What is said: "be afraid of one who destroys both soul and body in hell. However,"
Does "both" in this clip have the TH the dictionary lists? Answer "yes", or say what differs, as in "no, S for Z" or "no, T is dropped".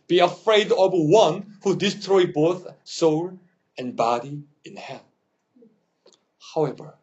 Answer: yes